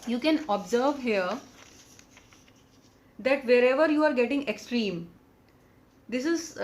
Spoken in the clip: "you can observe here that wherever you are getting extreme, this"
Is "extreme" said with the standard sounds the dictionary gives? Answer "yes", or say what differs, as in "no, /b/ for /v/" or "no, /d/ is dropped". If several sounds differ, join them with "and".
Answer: yes